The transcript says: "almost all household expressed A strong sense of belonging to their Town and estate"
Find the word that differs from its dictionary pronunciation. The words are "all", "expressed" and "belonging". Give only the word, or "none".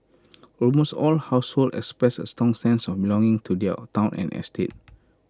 expressed